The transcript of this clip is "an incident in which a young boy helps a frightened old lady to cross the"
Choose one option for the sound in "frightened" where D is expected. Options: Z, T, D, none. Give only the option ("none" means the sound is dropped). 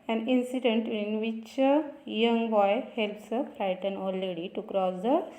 none